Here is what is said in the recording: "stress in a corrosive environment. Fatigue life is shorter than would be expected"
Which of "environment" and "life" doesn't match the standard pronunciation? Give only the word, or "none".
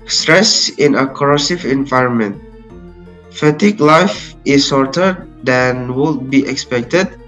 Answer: none